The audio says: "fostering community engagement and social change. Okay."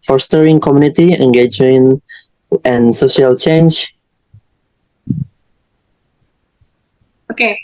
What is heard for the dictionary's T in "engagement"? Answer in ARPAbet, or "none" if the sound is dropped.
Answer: none